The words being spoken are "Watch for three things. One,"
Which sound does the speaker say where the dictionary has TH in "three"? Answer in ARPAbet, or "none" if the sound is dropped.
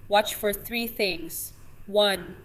TH